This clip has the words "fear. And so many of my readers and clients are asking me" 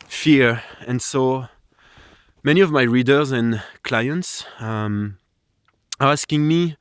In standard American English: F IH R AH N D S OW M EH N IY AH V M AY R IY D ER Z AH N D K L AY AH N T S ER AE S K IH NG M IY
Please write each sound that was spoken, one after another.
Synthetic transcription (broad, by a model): F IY R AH N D S OW M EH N IY AH V M AY R IY D ER Z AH N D K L AY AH N T S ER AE S K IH NG M IY